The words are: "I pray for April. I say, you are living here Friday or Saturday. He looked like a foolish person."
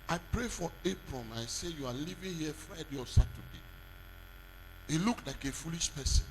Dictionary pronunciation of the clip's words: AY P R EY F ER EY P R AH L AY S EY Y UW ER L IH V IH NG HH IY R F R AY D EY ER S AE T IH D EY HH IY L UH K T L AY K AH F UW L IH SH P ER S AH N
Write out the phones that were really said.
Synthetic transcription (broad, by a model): AY P R EY F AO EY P R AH N AY S EY Y UW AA L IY V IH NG HH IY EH F R AY D EY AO S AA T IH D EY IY L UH K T L AY K AH F UW L IH SH P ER S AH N